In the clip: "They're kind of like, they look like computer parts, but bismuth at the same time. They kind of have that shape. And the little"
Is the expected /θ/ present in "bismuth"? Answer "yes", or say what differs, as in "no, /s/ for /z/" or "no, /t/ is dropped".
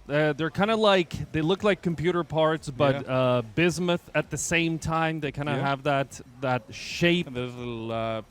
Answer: yes